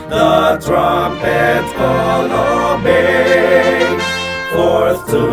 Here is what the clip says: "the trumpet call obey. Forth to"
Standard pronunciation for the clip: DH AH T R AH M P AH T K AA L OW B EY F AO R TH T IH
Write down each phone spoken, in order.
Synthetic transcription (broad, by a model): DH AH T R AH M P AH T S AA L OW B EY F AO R S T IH